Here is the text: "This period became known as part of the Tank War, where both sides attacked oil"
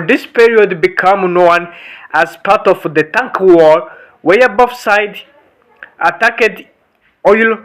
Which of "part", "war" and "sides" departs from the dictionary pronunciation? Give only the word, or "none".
sides